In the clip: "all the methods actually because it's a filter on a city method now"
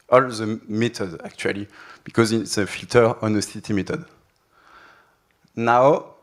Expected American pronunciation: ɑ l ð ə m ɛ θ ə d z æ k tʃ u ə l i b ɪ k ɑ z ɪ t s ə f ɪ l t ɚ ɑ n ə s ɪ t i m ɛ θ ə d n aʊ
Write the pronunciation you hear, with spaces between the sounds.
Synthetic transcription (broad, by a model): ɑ l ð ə m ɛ t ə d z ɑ k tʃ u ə l i b ɪ k ɑ z ɪ t s ə f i l t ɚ ɑ n ə s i t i m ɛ t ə d n aʊ